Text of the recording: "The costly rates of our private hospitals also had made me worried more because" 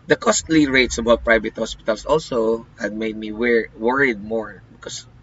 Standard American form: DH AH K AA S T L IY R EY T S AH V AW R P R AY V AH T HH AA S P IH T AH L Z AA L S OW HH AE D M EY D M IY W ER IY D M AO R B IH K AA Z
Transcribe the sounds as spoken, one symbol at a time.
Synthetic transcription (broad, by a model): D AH K AA S T L IY R EY T S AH B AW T P R AY V AH T HH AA S P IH T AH L S AA L S OW HH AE D M EY D M IY W ER IY D M AO R B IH K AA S